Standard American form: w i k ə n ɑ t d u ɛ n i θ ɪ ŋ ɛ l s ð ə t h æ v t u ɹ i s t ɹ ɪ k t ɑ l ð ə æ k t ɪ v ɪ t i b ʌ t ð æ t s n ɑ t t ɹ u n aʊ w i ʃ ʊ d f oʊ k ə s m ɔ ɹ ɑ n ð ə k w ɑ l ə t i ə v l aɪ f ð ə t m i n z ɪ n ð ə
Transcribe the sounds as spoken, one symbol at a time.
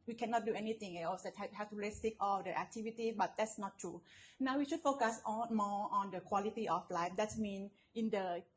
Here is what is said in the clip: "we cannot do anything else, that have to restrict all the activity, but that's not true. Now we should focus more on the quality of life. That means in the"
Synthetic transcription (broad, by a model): w i k ə n ɑ t d u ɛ n i t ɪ ŋ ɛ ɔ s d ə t h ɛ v t u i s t ɪ k ɑ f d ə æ k t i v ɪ t i b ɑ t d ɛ t s n ɑ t t ɹ u n aʊ w i ʃ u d f oʊ k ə s m ɔ ɑ n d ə k w ɑ l ə t i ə f l aɪ f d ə t m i n ɪ n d ə